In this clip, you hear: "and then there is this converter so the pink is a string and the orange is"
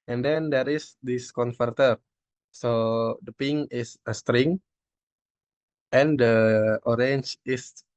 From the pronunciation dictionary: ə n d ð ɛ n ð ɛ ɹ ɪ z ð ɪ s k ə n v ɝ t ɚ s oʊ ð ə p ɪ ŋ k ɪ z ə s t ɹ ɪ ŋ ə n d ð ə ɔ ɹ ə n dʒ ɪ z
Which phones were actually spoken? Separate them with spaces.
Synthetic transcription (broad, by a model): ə n d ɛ n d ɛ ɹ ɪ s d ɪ s k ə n f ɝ t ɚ s oʊ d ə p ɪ ŋ ɪ s ə s t ɹ ɪ ŋ ə n d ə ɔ ɹ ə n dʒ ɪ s